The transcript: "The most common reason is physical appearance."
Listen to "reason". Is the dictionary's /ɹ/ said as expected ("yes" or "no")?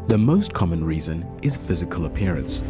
yes